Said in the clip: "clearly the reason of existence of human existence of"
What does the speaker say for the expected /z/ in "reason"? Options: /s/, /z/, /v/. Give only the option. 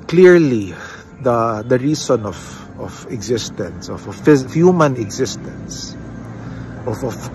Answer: /s/